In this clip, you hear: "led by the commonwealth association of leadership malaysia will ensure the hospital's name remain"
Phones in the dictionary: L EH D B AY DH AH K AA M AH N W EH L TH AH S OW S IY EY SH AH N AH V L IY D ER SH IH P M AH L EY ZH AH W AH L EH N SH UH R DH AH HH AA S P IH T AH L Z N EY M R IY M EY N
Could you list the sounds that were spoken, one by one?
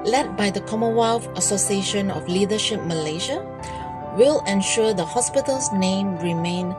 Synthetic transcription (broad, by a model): L EH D B AY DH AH K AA M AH W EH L F AH S OW S IY EY SH AH N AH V L IY D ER SH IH P M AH L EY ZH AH W AH L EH N SH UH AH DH AH HH AA S P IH T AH L S N EY M R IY M EY N